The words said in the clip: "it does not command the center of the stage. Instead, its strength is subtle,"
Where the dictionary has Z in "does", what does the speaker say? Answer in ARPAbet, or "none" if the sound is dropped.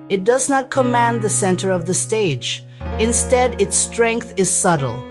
Z